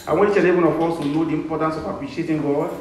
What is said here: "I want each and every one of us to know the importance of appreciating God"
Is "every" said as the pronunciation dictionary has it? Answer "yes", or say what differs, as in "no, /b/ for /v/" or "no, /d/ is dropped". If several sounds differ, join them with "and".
no, /ɹ/ is dropped